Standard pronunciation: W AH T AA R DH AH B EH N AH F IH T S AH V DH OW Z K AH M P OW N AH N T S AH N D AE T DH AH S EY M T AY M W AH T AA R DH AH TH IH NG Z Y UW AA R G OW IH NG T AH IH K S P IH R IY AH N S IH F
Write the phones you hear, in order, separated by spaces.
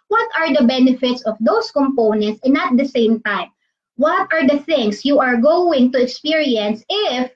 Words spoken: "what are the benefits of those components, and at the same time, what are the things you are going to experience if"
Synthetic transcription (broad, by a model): W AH T AA R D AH B EH N AH F IH T S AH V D OW S K AH M P OW N AH N T S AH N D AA T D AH S EY M T AY M W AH T AA R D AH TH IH NG S Y UW AA R G OW IH NG T AH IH K S P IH R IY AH N S IH F